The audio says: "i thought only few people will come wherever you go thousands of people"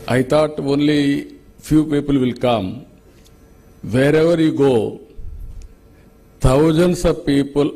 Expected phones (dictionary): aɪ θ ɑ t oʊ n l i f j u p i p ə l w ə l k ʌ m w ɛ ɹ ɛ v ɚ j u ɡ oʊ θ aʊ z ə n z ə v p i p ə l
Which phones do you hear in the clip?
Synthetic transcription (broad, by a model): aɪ t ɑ t oʊ n l i f j u p i p ə l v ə l k ʌ m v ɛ ɹ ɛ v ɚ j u ɡ oʊ t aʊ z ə n s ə p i p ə l